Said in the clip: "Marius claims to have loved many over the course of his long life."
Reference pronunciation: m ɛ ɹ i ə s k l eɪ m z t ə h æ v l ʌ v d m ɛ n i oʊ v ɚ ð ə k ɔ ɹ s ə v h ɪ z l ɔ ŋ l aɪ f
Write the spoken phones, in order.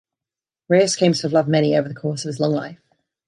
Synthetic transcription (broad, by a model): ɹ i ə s k eɪ m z t ə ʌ v l ʌ v m ɛ n i oʊ v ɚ ð ə k ɔ s ə v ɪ z l ɔ ŋ l aɪ f